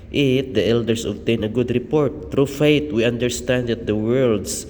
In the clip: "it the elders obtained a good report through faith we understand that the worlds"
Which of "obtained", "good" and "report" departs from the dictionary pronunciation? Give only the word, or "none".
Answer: obtained